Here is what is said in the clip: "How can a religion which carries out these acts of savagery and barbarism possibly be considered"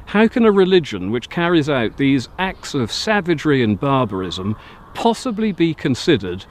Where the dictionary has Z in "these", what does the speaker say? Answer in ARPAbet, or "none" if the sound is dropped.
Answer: Z